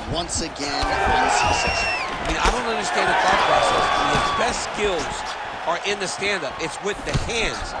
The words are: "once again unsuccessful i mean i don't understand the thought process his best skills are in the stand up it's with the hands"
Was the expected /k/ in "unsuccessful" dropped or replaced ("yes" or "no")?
yes